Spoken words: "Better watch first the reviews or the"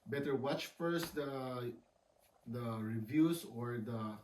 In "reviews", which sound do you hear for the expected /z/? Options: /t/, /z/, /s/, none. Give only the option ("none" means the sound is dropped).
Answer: /s/